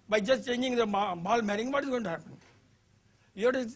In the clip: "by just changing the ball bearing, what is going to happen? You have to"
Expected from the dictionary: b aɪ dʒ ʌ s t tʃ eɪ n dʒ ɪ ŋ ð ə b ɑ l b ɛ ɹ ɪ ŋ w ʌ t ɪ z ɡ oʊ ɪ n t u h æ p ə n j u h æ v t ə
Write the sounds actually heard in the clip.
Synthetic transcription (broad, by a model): b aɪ dʒ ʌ s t tʃ eɪ n dʒ ɪ ŋ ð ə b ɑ l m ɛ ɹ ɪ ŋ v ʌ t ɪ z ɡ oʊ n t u h æ p ə n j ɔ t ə